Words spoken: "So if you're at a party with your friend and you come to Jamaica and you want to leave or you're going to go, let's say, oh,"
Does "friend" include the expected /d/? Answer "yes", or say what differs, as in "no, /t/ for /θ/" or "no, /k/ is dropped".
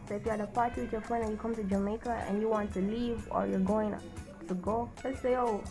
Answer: no, /d/ is dropped